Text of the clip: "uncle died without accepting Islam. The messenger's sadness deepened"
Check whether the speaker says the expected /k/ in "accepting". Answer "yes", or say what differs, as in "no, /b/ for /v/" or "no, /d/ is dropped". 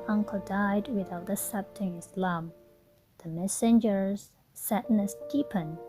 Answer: no, /k/ is dropped